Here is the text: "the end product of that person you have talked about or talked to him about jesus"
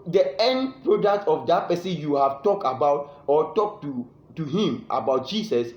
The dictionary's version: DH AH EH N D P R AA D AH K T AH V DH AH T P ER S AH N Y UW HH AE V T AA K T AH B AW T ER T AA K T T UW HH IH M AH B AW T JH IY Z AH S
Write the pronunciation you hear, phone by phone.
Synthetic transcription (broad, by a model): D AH EH N D P R AA D AH K T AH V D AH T P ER S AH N Y UW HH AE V T AA K T AH B AW T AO T AA K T T UW HH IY M AH B AW T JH IY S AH S